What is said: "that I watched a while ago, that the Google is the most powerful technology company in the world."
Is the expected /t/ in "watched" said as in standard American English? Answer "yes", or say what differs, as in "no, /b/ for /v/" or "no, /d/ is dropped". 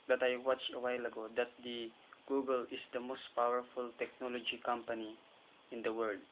no, /t/ is dropped